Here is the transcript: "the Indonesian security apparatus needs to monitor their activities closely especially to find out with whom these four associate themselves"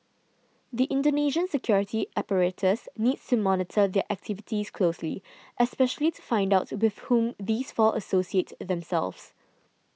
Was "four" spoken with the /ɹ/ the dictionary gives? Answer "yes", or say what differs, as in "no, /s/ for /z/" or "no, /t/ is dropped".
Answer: no, /l/ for /ɹ/